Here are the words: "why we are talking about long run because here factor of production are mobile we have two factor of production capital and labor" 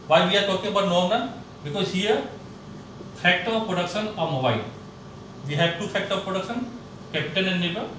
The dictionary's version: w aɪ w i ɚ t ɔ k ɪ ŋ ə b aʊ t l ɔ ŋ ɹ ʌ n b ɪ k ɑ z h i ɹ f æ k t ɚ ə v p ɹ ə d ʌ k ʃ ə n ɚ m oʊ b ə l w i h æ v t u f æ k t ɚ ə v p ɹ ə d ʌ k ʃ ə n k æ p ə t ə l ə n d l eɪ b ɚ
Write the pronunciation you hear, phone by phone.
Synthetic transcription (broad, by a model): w aɪ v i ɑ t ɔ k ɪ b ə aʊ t n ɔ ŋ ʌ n b ɪ k ɑ z h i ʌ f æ k t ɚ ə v p ɹ ə d ʌ k ʃ ə n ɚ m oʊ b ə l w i h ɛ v t u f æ k t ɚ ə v p ɹ ə d ʌ k ʃ ə n k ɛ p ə t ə n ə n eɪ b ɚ